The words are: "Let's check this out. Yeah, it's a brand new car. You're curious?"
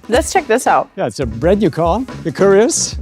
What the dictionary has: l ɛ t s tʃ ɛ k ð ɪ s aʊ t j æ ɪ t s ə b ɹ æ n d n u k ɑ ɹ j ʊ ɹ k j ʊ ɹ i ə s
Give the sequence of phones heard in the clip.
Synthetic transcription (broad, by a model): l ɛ t s tʃ ɛ k ð ɪ s aʊ t j æ ɪ t s ə b ɹ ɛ d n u k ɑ l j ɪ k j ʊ ɹ i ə s